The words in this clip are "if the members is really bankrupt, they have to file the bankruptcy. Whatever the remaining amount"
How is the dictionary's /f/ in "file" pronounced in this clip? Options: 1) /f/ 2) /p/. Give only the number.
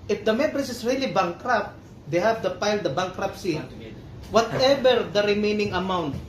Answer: 2